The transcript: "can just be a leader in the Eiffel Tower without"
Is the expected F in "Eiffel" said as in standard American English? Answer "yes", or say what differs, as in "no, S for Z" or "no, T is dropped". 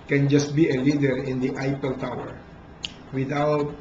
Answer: no, P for F